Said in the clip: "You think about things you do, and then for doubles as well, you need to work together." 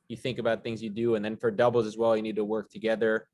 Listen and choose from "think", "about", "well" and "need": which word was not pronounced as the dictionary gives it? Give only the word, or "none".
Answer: none